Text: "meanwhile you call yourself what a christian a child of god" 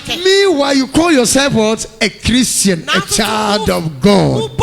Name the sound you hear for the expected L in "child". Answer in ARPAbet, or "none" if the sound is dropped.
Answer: L